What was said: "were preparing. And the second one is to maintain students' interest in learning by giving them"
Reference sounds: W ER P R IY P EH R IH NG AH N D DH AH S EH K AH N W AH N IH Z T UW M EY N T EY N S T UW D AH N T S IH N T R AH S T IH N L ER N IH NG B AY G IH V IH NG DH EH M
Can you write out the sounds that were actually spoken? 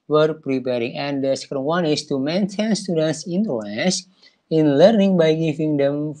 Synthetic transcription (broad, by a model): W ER P R IY P EH R IH NG AH N D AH S EH K AH N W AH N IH S T UW M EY N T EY N S T UW D AH N T S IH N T L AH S IH N L ER N IH NG B AY G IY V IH NG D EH M